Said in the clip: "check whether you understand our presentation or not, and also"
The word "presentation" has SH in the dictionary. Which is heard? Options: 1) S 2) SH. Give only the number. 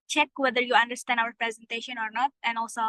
2